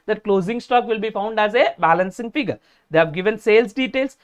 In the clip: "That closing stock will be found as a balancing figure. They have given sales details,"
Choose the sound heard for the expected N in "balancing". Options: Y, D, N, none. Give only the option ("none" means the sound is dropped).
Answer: N